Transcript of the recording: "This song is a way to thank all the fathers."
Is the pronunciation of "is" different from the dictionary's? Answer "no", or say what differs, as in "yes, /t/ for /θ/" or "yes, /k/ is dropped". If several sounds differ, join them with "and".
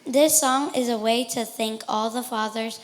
no